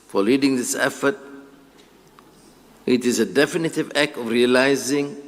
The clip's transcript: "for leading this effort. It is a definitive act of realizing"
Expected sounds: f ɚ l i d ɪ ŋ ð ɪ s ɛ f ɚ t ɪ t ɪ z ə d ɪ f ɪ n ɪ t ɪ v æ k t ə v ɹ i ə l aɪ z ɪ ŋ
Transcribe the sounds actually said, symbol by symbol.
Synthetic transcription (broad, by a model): f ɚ l i d ɪ ŋ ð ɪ s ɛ f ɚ t ɪ t ɪ z ə d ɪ f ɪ n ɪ t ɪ v æ k t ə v ɹ i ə l aɪ z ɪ ŋ